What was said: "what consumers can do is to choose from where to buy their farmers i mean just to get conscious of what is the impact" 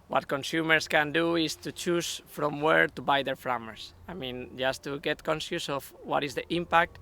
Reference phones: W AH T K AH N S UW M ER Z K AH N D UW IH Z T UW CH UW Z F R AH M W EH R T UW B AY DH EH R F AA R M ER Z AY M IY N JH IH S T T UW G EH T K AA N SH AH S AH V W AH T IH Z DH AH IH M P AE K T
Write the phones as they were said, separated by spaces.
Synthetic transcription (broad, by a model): W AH T K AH N S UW M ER S K AH N D UW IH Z T UW CH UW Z F R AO M W EH R T UW B AY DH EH R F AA M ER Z AY M IY N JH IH S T T UW G EH T K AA N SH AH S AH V W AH T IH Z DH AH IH M P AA K T